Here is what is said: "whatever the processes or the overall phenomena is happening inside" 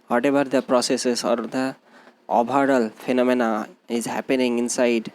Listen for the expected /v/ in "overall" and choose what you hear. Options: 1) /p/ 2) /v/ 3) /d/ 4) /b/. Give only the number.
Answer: 4